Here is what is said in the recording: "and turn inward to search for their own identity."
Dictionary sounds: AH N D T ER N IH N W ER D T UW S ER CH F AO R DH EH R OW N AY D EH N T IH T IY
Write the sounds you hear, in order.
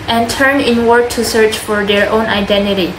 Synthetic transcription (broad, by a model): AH N T ER N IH N W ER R T UW S ER CH F AO R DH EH R OW N AY D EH N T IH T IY